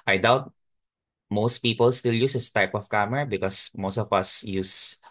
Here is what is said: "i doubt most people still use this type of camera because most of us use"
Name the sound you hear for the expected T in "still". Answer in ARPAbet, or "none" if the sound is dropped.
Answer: T